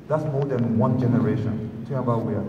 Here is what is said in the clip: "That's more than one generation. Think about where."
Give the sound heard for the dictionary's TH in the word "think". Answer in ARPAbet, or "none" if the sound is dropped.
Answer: T